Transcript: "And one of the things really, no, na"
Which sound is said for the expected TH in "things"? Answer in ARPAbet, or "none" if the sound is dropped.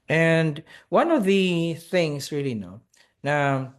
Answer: TH